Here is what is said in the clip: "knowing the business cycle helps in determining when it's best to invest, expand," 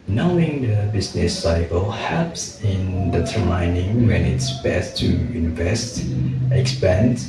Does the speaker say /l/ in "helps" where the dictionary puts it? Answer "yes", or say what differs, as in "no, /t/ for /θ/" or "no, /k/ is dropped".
no, /l/ is dropped